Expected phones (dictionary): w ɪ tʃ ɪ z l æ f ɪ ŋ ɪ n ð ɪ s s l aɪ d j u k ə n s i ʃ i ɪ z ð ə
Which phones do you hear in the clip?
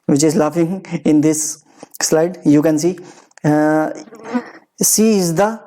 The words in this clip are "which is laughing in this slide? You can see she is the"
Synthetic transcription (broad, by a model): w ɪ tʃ ɪ z l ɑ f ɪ ŋ ɪ n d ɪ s s l aɪ d j u k ə n s i s i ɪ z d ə